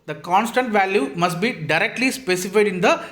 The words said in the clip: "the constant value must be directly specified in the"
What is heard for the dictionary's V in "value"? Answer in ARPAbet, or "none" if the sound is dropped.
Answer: V